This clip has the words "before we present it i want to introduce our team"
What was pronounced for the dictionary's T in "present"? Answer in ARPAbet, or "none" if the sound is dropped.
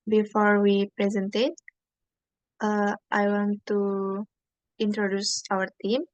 T